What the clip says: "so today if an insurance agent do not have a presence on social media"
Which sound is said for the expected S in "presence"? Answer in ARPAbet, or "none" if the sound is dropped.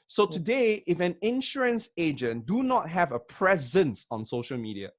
S